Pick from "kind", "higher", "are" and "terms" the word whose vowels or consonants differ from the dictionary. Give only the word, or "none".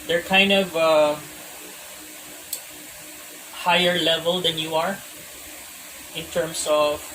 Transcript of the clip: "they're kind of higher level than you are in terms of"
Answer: terms